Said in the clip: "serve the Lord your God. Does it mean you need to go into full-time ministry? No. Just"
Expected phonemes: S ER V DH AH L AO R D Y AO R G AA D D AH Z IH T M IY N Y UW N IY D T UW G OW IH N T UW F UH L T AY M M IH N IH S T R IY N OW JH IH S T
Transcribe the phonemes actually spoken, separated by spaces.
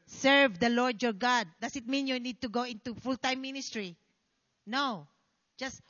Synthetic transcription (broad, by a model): S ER V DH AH L AO R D Y AO R G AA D D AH S IH T M IY N Y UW N IY D T UW G OW IH N T UW F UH L T AY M M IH N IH S T R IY N OW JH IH S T